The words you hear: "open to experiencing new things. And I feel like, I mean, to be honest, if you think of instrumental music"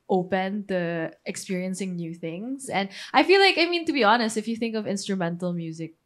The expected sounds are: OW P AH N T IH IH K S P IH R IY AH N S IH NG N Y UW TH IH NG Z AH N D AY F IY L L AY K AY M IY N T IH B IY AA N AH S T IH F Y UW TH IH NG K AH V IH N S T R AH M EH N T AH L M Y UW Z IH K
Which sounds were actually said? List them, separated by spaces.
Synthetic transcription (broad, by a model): OW P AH N T IH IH K S P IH R IY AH N S IH NG N Y UW TH IH NG Z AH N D AY F IY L L AY K AY M IY N T IH B IY AA N AH S T IH F Y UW TH IH NG K AH V IH N S T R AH M EH N T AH L M Y UW Z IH K